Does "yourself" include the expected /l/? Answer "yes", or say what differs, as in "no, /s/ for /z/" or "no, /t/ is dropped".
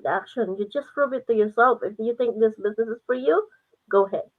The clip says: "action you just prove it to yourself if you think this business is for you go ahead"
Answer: yes